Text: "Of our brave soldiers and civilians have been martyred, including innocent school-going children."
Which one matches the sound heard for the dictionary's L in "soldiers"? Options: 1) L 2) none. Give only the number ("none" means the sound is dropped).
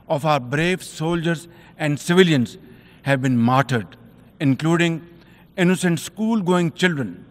1